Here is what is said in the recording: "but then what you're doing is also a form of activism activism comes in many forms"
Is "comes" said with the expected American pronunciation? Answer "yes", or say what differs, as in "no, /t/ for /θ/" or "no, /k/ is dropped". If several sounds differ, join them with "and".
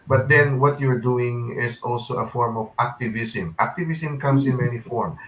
no, /s/ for /z/